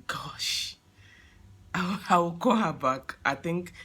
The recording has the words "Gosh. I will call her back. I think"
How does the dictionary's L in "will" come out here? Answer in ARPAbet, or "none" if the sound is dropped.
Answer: W